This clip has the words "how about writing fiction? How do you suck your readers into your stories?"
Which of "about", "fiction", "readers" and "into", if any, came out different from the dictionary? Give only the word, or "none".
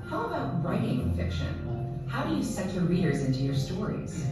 none